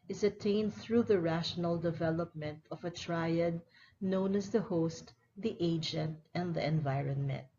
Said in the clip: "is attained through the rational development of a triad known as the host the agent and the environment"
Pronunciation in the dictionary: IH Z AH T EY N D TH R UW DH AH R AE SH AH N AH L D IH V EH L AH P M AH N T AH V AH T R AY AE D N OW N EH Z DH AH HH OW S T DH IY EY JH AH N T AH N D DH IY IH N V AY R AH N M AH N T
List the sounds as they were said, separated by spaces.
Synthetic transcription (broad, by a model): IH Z AH T EY N D TH R UW DH AH R AE SH AH N AH L D IH V EH L AH P M AH N T AH V AH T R AY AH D N OW N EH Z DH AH HH OW S T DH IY EY JH AH N T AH N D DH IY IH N V AY R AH N M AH N T